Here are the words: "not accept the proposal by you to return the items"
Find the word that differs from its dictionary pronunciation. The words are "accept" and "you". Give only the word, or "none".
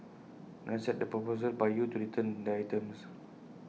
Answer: accept